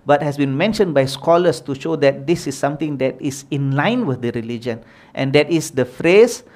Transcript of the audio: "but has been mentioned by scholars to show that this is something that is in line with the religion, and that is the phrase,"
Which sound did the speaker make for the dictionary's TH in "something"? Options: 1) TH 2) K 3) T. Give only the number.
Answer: 3